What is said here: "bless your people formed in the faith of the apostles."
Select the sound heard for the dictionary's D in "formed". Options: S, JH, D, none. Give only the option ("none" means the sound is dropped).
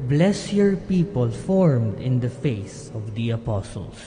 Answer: D